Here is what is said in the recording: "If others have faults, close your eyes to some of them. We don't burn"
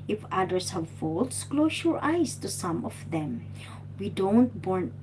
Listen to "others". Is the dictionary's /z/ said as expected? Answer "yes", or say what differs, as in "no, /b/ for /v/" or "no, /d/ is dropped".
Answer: no, /s/ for /z/